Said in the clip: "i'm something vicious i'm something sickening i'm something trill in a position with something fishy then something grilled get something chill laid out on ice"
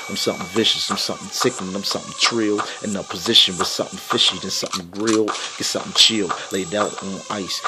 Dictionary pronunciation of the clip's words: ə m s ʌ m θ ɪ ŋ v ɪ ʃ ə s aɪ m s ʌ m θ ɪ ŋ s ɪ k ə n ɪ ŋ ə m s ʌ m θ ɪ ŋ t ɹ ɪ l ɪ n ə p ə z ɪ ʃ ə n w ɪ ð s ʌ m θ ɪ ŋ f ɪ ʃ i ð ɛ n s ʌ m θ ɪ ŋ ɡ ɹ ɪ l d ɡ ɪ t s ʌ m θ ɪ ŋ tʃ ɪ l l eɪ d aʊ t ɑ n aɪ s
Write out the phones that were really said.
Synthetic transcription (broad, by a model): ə m s ʌ m θ ɪ ŋ v ɪ ʃ ə s aɪ m s ʌ m θ ɪ ŋ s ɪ k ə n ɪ ə m s ʌ m θ ɪ ŋ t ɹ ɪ l ɪ n ə p ə z ɪ ʃ ə n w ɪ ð s ʌ m θ ɪ ŋ f ɪ ʃ i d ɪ n s ʌ m θ ɪ ŋ ɡ ɹ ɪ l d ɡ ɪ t s ʌ m θ ɪ ŋ tʃ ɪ l l eɪ d aʊ t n aɪ s